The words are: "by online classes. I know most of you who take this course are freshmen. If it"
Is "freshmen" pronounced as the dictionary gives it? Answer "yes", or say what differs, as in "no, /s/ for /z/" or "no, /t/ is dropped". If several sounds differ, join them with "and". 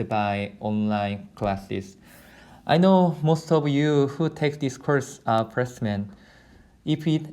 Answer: no, /p/ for /f/ and /s/ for /ʃ/